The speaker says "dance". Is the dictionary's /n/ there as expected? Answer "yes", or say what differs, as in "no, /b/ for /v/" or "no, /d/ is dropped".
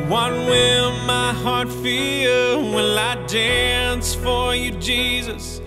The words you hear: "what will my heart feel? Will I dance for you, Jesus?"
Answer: yes